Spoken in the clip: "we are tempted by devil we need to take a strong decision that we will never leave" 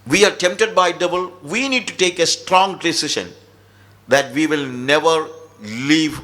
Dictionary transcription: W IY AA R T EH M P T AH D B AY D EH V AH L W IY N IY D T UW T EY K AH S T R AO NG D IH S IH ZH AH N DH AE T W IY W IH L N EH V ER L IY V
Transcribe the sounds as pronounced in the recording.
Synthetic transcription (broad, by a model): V IY AA R T EH M P T AH D B AY D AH B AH L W IY N IY D T UW T EY K AH S T R AO NG D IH S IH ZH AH N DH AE T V IY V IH L N EH V ER L IY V